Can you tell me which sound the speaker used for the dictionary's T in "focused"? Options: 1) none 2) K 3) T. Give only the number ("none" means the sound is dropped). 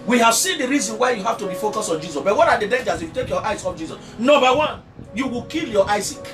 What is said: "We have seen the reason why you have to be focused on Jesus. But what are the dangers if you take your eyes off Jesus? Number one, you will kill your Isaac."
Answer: 1